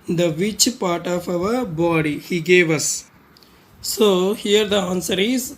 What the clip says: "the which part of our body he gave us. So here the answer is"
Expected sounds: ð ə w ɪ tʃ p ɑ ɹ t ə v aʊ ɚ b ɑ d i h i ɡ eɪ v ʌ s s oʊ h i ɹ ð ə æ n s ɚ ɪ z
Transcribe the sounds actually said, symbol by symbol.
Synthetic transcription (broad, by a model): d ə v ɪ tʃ p ɑ ɹ t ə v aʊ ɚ b ɑ d i h i ɡ eɪ v ʌ s s oʊ h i ɹ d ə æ n s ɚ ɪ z